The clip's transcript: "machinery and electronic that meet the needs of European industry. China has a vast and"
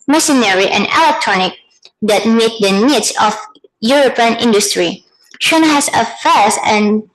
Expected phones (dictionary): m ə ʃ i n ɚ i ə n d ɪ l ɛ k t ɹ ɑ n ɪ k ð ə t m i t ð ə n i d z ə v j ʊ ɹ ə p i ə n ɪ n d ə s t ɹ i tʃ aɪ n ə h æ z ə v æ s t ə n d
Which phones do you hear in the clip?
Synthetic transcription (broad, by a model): m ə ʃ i n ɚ i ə n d ɪ l ɛ k t ɹ ɑ n ɪ k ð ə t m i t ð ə n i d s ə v j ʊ ɹ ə p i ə n ɪ n d ə s t ɹ i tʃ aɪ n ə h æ s ə f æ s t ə n